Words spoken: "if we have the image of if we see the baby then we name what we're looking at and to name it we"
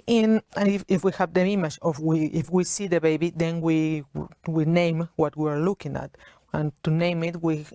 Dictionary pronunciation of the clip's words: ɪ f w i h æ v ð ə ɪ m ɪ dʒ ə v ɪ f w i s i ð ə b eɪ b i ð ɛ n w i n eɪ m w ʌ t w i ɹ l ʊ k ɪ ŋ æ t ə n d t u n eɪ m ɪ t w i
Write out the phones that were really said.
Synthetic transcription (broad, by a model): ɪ f w i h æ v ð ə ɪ m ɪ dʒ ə w ɪ f w i s i ð ə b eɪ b i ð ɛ n w i n eɪ m w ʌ t w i ɹ l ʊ k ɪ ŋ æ t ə n t u n eɪ m ɪ t w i